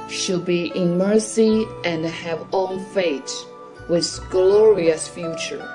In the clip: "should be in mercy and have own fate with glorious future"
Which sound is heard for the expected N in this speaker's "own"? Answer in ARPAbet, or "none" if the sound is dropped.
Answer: L